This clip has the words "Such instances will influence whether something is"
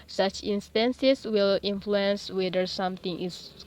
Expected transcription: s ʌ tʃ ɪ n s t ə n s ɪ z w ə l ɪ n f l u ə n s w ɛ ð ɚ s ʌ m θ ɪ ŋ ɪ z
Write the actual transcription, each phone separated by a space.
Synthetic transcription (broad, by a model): s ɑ tʃ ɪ n s t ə n s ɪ s w ə l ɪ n f l u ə n s w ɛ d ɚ s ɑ m t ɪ ŋ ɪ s